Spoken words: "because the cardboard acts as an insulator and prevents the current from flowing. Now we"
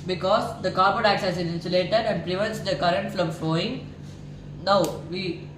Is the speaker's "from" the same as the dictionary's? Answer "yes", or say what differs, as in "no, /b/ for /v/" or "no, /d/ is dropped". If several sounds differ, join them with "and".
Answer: no, /l/ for /ɹ/